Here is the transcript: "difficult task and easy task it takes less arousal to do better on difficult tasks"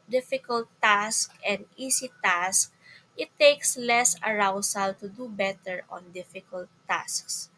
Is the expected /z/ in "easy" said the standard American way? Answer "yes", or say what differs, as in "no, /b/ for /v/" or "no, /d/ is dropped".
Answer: no, /s/ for /z/